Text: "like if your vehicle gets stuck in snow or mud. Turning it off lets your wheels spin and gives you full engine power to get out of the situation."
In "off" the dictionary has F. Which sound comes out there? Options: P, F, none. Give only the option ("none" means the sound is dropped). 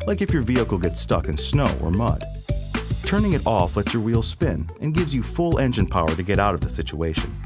F